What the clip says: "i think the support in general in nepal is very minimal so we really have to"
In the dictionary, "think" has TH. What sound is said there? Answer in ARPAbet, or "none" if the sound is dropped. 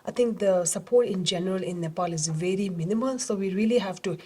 T